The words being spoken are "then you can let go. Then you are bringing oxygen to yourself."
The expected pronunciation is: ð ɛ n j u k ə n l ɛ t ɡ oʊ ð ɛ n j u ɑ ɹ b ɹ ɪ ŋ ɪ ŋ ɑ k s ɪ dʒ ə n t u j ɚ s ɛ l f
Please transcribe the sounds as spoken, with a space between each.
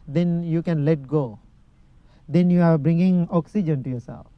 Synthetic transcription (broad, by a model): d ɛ n j u k ə n l ɛ t ɡ oʊ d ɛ n j u ɑ ɹ b ɹ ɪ ŋ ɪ ŋ ɑ k s ɪ dʒ ə n t u j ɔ s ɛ l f